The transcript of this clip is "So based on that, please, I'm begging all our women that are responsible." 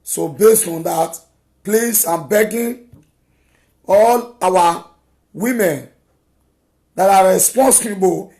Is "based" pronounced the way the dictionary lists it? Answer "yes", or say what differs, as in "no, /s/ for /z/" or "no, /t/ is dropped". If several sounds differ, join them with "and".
yes